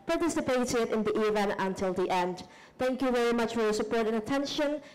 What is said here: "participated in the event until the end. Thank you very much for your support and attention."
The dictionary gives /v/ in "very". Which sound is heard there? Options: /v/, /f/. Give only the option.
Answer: /v/